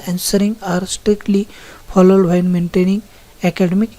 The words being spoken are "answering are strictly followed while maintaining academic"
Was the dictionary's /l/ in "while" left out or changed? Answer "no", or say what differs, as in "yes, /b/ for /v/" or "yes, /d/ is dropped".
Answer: yes, /n/ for /l/